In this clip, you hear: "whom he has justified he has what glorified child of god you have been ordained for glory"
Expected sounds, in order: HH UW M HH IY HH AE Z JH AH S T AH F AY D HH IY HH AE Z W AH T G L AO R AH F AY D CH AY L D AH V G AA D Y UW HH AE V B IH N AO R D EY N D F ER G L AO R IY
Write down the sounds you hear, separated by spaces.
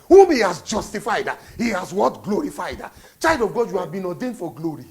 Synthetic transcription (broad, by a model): HH UW M HH IY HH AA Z JH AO S T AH F AY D HH IY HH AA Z W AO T G L AO R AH F AY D CH AY D AH V G AA D Y UW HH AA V B IH N AO D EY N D F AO G L AO R IY